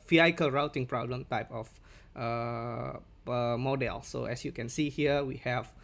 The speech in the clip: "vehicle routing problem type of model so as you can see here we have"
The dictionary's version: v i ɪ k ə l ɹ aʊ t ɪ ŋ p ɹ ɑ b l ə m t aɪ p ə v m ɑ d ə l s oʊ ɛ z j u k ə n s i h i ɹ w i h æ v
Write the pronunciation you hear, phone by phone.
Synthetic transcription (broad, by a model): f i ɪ k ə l ɹ aʊ t ɪ ŋ p ɹ ɑ b l ə m t aɪ p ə f m ɑ d ə l s oʊ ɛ s j u k ə n s i h i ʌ w i h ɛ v